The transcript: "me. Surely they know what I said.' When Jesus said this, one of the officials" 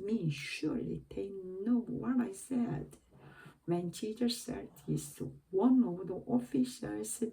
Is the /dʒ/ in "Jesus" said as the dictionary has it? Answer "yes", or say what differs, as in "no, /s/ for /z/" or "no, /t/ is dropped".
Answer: no, /tʃ/ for /dʒ/